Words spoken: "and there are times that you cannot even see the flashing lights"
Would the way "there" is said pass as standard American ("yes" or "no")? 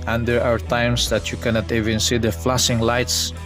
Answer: no